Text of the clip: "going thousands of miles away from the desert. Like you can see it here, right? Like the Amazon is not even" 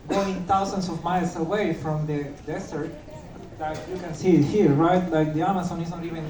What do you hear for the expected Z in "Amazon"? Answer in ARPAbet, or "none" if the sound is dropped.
S